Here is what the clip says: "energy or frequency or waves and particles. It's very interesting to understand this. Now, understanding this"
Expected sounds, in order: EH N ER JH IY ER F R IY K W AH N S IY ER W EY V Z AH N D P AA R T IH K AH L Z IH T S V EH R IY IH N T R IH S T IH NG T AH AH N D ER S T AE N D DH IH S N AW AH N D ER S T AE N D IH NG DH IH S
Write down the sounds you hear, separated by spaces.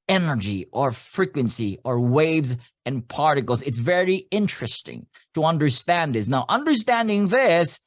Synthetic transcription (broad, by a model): EH N ER JH IY ER F R IY K W AH N S IY ER W EY V Z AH N P AA R T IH K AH L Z IH T S V EH R IY IH N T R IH S T IH NG T AH AH N D ER S T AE N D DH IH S N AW AH N D ER S T AE N D IH NG DH IH S